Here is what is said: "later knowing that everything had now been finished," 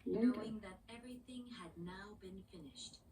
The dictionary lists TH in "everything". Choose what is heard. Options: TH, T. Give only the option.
TH